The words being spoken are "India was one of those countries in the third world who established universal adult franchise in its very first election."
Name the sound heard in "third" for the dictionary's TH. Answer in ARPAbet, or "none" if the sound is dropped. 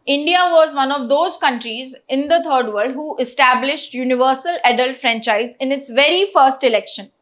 T